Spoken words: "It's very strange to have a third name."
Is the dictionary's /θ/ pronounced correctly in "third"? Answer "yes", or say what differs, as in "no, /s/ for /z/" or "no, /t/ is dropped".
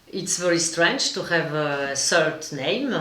no, /s/ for /θ/